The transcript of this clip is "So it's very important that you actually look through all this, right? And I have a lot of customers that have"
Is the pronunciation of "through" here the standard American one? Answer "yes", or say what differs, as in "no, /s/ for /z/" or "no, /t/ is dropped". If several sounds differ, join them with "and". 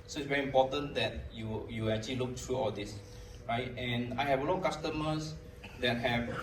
no, /t/ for /θ/